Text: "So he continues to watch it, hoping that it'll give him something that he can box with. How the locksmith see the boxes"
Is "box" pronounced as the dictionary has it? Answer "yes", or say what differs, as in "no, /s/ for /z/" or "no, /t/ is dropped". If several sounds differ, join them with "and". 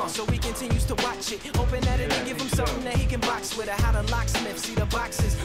yes